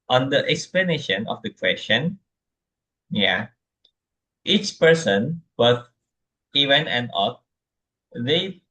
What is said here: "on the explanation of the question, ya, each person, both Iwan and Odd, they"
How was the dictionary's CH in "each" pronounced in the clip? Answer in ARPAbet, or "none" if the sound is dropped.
CH